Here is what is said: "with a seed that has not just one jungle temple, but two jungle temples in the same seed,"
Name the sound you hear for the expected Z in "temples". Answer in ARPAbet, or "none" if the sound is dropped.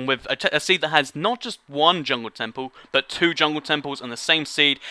Z